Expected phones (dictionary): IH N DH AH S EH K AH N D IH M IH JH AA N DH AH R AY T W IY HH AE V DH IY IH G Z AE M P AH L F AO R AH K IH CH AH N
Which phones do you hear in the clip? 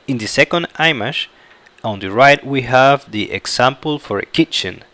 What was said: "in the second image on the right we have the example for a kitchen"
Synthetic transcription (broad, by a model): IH N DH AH S EH K AH N D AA M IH SH AA N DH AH R AY T W IY HH AE V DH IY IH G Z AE M P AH L F AO R AH K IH CH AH N